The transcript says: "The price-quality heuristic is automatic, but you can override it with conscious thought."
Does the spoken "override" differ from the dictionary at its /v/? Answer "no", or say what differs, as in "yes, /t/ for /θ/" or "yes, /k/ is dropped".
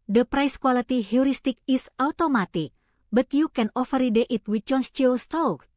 yes, /f/ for /v/